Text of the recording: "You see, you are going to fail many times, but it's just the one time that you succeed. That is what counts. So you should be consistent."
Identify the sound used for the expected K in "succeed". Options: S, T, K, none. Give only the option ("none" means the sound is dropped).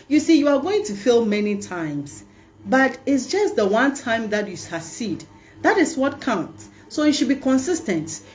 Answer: none